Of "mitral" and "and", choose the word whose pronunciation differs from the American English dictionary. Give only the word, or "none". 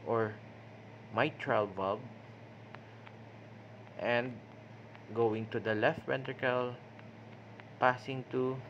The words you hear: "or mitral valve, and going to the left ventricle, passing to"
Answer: none